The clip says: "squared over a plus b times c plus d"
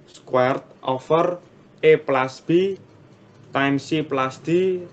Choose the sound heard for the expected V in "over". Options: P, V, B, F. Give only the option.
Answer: F